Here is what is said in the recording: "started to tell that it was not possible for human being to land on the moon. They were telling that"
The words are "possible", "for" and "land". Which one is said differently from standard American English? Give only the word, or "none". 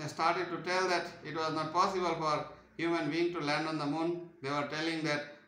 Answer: none